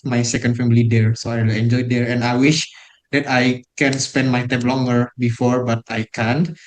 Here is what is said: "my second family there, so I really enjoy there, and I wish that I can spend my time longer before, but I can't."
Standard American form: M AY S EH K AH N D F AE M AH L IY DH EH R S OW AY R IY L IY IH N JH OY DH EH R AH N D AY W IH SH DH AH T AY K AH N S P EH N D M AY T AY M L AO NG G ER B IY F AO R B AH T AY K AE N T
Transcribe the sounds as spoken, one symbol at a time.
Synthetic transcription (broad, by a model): M AY S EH K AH N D F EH M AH L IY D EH R S OW AY W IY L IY N JH OY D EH R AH N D AY W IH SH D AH T AY K AH N S P EH N D M AY T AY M L AO NG G ER B IY F AO R B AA T AY K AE N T